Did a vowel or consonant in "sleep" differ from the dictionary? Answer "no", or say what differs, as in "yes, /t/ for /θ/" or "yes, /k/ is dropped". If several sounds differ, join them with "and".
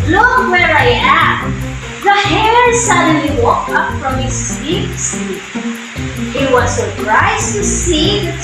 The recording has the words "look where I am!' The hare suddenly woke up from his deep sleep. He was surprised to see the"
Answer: yes, /l/ is dropped